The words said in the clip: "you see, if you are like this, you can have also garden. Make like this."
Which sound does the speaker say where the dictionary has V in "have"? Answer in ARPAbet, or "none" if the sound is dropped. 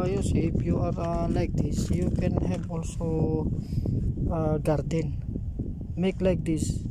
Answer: B